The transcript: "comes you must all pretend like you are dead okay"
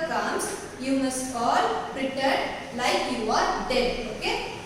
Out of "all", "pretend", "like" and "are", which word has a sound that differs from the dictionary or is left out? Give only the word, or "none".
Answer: pretend